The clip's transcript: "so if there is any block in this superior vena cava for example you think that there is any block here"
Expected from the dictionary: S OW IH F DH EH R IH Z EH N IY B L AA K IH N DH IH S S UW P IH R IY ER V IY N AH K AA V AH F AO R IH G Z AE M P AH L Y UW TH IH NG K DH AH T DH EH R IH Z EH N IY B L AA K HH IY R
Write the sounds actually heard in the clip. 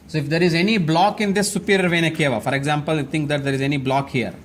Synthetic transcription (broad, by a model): S OW IH F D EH R IH Z EH N IY B L AA K IH N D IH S S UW P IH R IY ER V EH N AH K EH V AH F AO R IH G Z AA M P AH L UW T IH NG K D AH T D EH R IH Z EH N IY B L AA K HH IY R